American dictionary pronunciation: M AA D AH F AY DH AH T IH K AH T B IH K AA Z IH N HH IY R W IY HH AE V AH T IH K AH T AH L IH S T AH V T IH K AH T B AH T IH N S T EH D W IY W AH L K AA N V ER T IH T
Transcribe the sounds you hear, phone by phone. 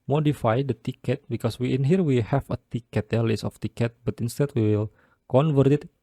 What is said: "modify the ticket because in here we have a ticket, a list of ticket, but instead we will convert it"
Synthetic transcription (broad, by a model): M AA D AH F AY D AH T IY K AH T B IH K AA S IH N HH IY R W IY HH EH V AH T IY K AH T AH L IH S AH F T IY K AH T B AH T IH N S T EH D W IY W AH L K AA N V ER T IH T